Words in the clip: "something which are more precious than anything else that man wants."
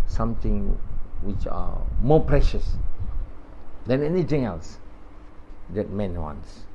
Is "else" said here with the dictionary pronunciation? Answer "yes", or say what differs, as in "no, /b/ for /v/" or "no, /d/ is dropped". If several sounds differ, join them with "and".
yes